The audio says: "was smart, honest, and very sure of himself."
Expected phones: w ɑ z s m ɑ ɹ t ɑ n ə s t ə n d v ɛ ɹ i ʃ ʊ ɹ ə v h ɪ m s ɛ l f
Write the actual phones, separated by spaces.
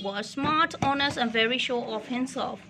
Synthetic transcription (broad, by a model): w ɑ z s m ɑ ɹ t ɑ n ə s t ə n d v ɛ ɹ i ʃ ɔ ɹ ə f h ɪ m s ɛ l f